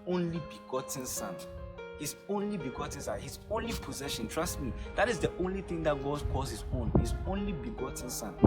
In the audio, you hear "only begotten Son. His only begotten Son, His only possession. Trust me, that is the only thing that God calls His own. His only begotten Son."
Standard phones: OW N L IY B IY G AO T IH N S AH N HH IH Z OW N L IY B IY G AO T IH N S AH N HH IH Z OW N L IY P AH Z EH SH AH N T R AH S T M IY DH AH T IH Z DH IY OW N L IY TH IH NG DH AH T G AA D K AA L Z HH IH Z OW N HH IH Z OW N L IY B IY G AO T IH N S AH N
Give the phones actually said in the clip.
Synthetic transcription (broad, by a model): OW N L IY B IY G AO T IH N S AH N HH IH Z OW N L IY B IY G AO T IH N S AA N HH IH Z OW N L IY P AH Z EH SH AH N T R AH S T M IY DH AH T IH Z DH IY OW N L IY TH IH NG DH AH T G AA D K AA Z HH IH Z OW N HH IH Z OW N L IY B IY G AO T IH N S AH N